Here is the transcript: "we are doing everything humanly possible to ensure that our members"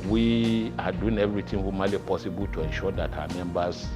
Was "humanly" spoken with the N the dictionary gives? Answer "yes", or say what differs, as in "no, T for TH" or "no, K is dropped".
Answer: no, N is dropped